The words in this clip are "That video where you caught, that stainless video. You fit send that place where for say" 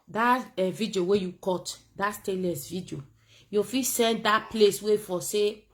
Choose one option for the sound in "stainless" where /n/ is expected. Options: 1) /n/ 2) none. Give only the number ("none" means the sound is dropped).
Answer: 2